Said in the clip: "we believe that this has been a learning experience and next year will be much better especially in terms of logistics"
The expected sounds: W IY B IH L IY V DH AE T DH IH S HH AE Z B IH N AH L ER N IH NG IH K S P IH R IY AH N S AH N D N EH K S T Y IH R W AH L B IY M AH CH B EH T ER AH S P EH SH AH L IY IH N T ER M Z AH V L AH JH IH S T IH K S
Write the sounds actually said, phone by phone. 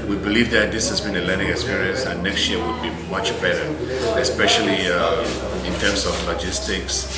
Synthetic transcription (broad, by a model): W IY B IH L IY V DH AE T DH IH S HH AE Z B IH N AH L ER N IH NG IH K S P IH R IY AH N S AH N N EH K S T Y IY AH W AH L B IY M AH CH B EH T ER AH S P EH SH AH L IY IH N T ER M S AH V L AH JH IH S T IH K S